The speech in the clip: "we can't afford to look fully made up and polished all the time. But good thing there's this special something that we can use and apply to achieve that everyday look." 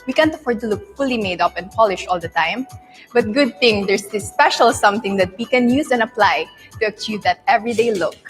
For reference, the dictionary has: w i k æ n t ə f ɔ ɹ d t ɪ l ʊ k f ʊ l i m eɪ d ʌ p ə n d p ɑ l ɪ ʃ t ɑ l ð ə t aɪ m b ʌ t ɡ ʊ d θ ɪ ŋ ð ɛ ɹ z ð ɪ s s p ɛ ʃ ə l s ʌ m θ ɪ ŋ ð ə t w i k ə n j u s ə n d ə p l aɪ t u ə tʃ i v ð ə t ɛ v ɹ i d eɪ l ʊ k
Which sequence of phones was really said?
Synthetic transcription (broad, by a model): w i k æ n t ə f ɔ ɹ d t ɪ l ʊ k f ʊ l i m eɪ d ʌ p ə n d p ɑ l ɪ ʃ ɑ l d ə t aɪ m b ʌ t ɡ ʊ d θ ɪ ŋ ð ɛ ɹ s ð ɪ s s p ɛ ʃ ə l s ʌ m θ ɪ ŋ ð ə t w i k ə n j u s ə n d ə p l aɪ t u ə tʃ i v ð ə t ɛ v ɹ i d eɪ l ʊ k